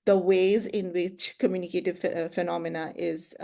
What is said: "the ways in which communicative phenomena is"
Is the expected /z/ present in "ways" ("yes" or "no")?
yes